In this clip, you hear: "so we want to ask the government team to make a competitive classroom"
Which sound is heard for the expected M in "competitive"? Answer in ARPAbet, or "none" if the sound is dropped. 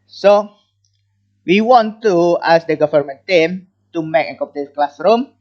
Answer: none